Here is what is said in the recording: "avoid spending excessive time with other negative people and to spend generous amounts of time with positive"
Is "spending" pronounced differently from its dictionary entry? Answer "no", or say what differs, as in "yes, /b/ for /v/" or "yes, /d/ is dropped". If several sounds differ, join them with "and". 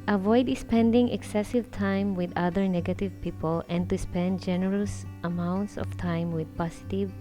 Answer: no